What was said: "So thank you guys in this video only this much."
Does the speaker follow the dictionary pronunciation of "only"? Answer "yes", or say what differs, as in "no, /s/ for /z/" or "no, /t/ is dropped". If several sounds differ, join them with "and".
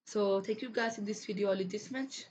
no, /n/ is dropped